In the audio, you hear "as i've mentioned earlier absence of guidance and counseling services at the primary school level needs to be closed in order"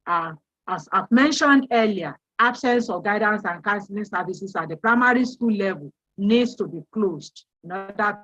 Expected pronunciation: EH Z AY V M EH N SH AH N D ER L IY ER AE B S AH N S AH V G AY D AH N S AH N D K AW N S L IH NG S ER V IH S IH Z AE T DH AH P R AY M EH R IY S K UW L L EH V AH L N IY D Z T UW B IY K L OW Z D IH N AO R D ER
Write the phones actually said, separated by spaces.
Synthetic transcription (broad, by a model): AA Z AY V M EH N SH AH N D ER L IY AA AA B S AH N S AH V G AY D AH N S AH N K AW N S L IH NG S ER V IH S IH S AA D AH P R AY M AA R IY S K UW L L EH V AH L N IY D S T UW B IY K L OW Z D IH N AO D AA